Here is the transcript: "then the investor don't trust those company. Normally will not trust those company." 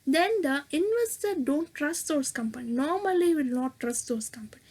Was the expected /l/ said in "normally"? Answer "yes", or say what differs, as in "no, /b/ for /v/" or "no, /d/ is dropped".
yes